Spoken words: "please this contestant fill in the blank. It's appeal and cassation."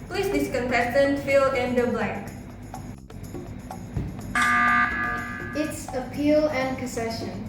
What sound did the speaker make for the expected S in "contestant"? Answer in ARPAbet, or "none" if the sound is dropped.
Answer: none